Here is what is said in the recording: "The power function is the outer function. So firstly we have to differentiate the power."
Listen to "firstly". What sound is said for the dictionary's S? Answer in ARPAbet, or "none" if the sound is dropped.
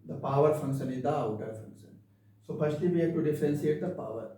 SH